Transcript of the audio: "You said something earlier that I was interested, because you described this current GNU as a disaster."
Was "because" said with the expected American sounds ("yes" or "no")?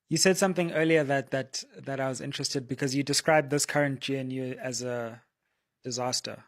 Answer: yes